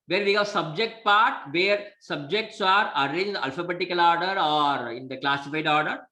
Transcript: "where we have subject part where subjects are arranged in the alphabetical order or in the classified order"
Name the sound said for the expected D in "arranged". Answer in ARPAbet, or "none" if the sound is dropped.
none